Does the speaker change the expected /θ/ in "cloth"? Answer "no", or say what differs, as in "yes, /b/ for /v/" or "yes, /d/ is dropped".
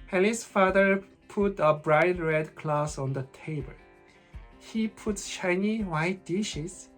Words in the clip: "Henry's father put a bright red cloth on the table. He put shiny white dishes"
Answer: yes, /s/ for /θ/